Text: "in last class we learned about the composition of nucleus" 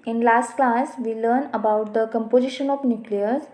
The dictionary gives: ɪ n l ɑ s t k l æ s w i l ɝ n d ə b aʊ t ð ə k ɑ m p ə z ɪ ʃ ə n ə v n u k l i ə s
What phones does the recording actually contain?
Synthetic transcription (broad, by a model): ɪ n l ɑ s t k l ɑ s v i l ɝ n ə b aʊ t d ə k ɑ m p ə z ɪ ʃ ə n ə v n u k l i ə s